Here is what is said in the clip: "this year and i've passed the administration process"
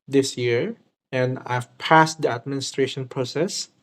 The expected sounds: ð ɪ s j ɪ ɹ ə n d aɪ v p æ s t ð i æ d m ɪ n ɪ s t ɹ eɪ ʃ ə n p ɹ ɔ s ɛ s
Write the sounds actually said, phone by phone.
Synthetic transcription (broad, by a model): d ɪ s j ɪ ɹ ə n aɪ v p æ s t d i æ d m ɪ n ɪ s t ɹ eɪ ʃ ə n p ɹ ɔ s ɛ s